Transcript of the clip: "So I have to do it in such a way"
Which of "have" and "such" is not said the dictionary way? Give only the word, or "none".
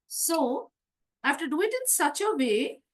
have